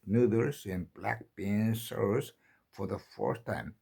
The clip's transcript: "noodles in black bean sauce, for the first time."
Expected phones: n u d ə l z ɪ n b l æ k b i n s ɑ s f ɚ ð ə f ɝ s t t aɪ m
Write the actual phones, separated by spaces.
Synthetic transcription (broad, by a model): n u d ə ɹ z ɪ n b l æ k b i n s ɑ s f ɚ ð ə f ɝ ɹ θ t aɪ m